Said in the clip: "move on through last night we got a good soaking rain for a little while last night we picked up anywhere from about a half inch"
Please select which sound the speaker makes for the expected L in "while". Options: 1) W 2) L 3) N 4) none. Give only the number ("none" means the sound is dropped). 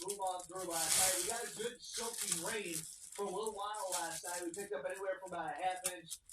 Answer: 3